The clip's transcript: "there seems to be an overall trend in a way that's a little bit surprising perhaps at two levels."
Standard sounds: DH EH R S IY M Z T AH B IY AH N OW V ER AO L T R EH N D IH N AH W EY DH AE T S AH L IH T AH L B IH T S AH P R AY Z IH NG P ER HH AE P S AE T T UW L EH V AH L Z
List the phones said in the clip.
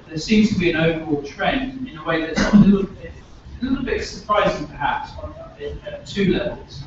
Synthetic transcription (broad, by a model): DH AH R S IY M Z T AH B IY AH N OW V ER AO L T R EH N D IH N AH W EY DH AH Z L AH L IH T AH L B IH T S AH P R AY Z IH NG P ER HH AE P S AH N T UW L EH V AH L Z